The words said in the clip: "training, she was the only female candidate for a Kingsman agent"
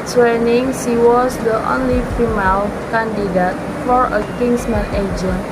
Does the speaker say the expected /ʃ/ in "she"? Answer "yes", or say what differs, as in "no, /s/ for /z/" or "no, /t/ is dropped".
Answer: no, /s/ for /ʃ/